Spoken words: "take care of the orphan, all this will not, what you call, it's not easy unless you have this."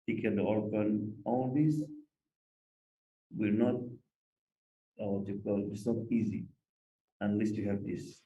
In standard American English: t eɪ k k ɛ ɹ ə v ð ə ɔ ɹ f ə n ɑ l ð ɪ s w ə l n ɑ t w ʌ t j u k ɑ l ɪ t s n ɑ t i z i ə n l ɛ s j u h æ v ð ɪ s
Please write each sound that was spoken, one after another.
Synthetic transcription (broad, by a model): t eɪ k k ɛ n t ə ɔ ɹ p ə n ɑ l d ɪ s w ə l n ɑ t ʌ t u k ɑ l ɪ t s n ɑ t i z i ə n l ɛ s j u h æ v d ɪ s